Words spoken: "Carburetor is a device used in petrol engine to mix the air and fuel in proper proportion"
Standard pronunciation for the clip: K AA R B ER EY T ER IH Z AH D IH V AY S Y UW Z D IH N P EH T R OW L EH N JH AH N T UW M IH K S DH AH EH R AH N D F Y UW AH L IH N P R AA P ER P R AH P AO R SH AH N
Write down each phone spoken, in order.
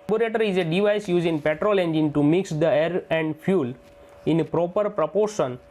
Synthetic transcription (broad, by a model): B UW R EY T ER IH Z AH D IH V AY S Y UW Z IH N P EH T R OW L EH N JH AH N T UW M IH K S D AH EH R AH N D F Y UW L IH N P R AA P ER P R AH P AO R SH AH N